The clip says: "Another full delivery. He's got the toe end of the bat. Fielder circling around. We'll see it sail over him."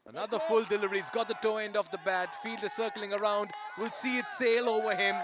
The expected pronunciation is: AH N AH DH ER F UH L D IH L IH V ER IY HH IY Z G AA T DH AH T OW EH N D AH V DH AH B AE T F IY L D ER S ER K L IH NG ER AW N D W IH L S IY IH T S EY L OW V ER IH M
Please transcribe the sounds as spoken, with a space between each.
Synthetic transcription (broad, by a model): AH N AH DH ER F UH L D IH L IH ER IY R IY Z G AA T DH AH T OW EH N D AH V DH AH B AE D F IY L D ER S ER K L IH NG ER AW N D W IH L S IY IH T S EY L OW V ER IH M